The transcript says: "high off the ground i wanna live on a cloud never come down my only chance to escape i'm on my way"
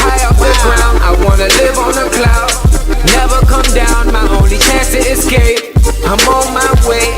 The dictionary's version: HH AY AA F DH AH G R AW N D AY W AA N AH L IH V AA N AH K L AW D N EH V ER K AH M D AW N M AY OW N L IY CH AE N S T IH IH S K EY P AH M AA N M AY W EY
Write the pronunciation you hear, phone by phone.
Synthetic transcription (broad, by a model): AY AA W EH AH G R AW N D AY W AA N AH L IH V N AH K L AW D N EH V ER K AH M D AW N M AY OW L IY CH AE N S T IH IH S K EY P AH M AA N M AY W EY